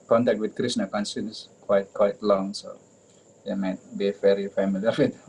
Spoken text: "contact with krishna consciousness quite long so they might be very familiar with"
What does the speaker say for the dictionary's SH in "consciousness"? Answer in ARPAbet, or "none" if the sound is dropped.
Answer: S